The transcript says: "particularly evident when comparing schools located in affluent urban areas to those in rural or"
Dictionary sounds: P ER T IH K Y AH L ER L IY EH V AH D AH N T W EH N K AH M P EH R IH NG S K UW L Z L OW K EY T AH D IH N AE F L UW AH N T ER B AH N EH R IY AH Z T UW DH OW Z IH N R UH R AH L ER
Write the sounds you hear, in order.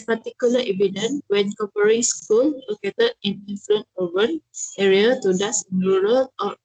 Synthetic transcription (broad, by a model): P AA T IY K Y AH L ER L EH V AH D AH N W EH N K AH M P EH R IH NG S K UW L L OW K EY T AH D IH N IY F L UW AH N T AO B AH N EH R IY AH T UW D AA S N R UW R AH L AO